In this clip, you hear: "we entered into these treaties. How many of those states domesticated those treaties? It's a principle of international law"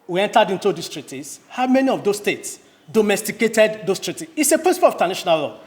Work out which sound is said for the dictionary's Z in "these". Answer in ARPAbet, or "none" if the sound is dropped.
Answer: S